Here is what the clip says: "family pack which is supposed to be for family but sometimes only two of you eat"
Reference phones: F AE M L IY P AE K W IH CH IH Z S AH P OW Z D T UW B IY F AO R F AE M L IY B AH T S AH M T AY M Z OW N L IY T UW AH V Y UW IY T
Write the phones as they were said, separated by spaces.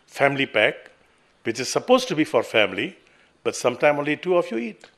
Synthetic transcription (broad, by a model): F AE M L IY P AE K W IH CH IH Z S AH P OW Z T UW B IY F AO R F AE M L IY B AH T S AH M T AY M OW N L IY T UW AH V Y UW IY T